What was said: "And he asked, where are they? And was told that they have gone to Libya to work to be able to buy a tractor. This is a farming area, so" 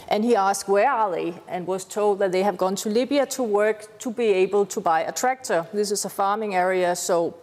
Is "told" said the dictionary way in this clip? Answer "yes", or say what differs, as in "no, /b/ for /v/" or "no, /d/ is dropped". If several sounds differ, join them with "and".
yes